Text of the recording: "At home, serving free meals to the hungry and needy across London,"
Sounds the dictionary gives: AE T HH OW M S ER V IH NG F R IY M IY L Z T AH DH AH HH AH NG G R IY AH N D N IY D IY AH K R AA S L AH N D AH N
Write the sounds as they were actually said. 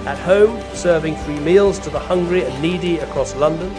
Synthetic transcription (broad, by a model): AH T HH OW M S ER V IH NG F R IY M IY L Z T AH DH AH HH AH NG G R IY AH N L IY D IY AH K R AA S L AH N D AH N